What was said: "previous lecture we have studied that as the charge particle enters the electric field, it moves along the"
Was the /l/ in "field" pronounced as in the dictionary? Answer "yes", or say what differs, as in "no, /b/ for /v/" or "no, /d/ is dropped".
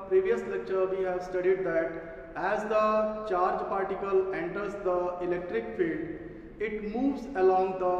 yes